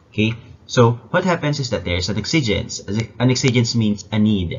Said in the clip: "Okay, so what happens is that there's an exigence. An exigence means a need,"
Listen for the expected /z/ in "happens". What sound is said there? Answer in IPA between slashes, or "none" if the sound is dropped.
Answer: /s/